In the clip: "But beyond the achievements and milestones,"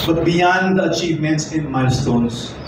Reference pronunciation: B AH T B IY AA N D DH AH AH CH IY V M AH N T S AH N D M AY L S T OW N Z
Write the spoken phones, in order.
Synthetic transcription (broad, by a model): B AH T B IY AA N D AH AH CH IY V M AH N T S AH N M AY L S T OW N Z